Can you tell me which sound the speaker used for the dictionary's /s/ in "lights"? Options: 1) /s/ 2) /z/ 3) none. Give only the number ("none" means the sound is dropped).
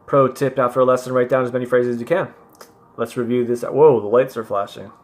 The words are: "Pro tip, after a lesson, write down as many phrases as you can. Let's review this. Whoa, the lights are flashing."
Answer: 1